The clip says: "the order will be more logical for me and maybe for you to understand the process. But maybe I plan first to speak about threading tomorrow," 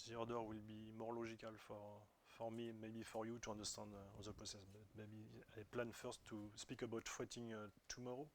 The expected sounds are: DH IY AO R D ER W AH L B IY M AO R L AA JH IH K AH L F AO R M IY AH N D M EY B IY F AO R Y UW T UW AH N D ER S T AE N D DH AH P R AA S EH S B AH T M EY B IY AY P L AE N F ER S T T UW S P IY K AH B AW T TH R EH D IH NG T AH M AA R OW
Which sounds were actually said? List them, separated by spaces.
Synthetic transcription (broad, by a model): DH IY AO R D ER W AH L B IY M AO R L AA ZH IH K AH L F AO R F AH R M M EY B IY F AO R Y UW T UW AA N D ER S T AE N D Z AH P AA S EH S B AH T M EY B IY AY P L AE N F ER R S T UW S P IY K AH B AW T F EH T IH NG T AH M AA R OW